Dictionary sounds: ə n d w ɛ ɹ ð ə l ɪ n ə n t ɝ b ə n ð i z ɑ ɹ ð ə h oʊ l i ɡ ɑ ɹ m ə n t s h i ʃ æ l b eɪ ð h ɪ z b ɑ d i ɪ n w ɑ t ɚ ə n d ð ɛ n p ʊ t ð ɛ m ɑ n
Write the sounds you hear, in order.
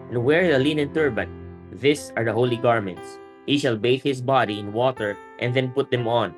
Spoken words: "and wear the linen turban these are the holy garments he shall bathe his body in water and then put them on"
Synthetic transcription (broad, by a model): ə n w ɛ ɹ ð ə l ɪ n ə n t ɝ b ə n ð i s ɑ ɹ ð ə h oʊ l i ɡ ɑ ɹ m ə n t s h i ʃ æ l b eɪ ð h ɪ s b ɑ d i ɪ n w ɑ t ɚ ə n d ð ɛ n p ʊ t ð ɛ m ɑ n